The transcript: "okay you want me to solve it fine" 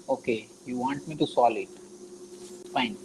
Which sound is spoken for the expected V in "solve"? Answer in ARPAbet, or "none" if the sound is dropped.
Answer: none